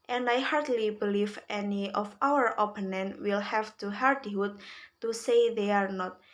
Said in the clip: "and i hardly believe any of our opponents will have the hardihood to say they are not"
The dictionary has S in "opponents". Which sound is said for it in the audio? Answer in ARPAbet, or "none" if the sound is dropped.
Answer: none